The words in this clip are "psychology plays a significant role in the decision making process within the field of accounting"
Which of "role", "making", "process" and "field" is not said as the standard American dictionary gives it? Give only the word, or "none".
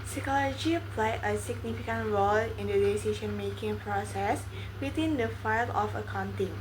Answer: field